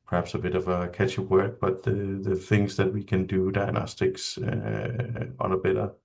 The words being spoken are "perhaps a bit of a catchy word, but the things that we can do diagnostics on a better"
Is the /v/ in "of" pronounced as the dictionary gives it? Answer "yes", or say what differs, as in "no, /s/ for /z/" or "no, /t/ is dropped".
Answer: yes